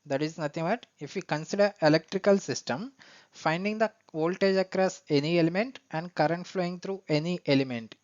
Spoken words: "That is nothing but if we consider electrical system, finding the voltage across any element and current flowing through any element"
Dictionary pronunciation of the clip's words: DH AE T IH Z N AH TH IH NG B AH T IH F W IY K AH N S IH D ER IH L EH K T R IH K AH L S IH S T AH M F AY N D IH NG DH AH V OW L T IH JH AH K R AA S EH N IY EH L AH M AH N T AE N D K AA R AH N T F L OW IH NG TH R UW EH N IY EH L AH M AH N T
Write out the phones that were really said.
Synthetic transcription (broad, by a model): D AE T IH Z N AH T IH NG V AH T IH F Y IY K AH N S IH D ER IH L EH K T R IH K AH L S IH S T AH M F AY N D IH NG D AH V OW L T IH JH AH K R AA S EH N IY EH L AH M AH N T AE N D K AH R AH N T F L OW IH NG T R UW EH N IY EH L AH M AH N T